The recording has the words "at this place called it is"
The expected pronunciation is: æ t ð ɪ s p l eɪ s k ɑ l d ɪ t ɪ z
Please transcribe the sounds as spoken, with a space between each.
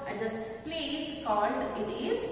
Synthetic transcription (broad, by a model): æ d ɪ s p l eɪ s k ɑ l d ɪ t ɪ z